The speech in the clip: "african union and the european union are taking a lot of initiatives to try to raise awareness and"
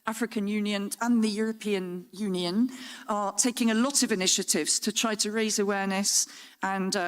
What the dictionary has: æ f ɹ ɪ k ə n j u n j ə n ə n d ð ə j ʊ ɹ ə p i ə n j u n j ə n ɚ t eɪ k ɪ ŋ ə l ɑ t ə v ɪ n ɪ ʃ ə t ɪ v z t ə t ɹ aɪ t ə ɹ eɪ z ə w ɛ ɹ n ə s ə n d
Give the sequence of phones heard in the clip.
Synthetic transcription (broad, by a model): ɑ f ɹ ɪ k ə n j u n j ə n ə n ð ə j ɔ ɹ ə p i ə n j u n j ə n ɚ t eɪ k ɪ ŋ ə l ɑ t ə v ɪ n ɪ ʃ ə t ɪ v z t ə t ɹ aɪ t ə ɹ eɪ z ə w ɛ n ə s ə n